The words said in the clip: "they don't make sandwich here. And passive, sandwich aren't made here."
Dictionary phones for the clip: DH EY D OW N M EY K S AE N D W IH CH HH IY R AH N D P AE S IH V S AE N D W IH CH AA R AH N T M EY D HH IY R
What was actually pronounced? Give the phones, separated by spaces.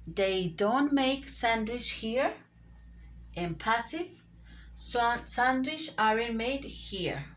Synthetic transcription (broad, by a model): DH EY D OW N M EY K S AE N D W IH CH HH IY R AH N P AE S IH V S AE N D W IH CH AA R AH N M EY D HH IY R